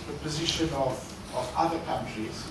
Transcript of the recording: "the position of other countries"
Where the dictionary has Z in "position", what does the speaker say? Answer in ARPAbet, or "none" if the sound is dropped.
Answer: Z